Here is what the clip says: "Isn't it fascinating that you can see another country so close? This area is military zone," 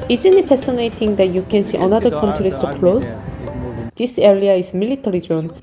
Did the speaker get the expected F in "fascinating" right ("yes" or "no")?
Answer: no